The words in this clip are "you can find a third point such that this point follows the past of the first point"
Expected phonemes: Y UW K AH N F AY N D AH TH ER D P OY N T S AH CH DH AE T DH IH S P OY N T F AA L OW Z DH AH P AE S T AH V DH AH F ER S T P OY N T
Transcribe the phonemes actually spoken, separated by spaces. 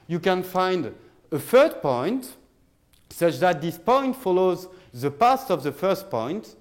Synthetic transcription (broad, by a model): Y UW K AH N F AY N D AH F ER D P OY N T S AH CH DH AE T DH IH S P OY N T F AA L OW Z DH AH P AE S T AH V DH AH F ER S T P OY N T